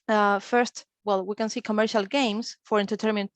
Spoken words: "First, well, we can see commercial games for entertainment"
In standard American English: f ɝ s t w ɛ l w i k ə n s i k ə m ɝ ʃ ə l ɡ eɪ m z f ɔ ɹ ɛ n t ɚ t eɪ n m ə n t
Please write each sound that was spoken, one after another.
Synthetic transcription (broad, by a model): f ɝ s t w ɛ l w i k ə n s i k ə m ɝ ʃ ə l ɡ eɪ m s f ɔ ɹ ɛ n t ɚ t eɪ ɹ m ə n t